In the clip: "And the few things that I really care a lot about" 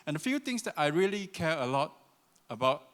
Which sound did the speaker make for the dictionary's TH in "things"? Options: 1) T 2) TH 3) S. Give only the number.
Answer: 1